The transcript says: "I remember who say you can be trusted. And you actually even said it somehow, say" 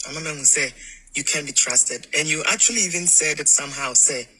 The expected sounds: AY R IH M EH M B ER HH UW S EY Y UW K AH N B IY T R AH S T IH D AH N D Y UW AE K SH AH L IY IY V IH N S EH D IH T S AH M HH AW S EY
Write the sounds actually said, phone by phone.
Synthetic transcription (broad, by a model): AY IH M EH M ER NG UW S EY Y UW K AH N B IY T R AH S T IH D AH N Y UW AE K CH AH L IY IY V IH N S EH D IH T S AH M HH AW S EY